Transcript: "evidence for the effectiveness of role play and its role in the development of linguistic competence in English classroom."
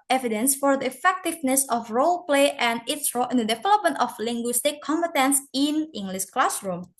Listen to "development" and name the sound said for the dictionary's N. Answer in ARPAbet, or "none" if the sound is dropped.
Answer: N